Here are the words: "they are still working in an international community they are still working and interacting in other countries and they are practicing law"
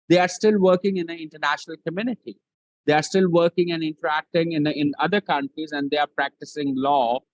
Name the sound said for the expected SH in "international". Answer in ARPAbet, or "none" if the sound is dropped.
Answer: SH